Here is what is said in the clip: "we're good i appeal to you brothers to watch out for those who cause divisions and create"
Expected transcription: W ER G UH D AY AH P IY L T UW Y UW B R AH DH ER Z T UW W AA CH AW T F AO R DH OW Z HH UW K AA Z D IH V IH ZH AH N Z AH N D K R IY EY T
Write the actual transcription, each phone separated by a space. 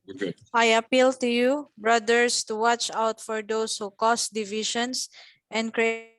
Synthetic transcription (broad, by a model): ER AY AH P IY L T UW Y UW B R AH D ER S T UW W AA CH AW T F AO R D OW S HH UW K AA S D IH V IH SH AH N S AH N D K R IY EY